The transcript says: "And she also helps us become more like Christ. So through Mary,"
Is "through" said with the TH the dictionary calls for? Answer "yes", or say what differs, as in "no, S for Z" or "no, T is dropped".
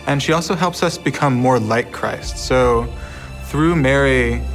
yes